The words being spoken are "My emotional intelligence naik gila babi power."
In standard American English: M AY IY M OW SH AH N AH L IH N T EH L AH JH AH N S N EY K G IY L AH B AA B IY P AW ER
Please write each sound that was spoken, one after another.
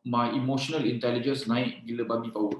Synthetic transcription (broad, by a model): M AY IY M OW SH AH N AH L IH N T EH L AH JH AH N S N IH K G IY L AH B AA B IY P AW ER